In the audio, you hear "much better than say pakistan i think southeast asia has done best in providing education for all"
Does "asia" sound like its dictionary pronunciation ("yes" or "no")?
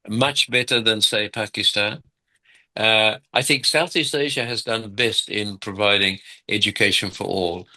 yes